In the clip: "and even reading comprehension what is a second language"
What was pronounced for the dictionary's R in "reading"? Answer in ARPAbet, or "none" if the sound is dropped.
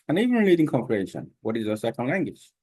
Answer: L